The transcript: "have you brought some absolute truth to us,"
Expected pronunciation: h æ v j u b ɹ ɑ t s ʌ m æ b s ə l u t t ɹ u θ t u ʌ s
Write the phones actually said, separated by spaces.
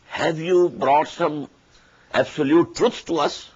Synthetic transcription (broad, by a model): h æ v j u b ɹ ɑ t s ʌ m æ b s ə l u t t ɹ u s t u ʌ s